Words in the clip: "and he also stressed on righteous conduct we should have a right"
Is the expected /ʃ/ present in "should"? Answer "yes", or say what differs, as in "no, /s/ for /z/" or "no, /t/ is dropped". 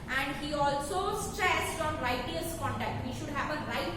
yes